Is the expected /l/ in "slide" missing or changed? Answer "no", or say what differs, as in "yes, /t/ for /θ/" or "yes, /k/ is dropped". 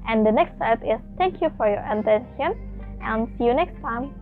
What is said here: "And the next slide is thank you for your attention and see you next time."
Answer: yes, /l/ is dropped